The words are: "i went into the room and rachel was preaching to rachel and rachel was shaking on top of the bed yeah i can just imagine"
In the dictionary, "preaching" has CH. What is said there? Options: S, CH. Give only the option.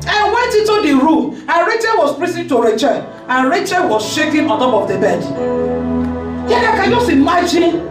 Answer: S